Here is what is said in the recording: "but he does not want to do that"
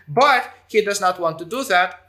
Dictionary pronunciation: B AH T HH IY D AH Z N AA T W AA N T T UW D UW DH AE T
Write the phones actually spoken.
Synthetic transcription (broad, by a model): B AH T HH IY D AH Z N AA T W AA N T T UW D UW DH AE T